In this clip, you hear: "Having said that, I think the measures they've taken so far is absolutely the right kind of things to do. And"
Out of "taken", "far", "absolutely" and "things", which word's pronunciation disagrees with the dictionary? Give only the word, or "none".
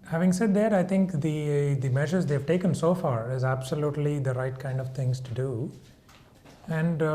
things